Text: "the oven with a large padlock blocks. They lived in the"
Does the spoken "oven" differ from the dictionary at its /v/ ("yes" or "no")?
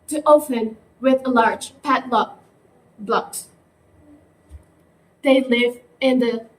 yes